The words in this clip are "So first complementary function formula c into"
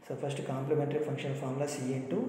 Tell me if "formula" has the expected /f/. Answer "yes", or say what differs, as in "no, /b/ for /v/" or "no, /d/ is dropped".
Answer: no, /p/ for /f/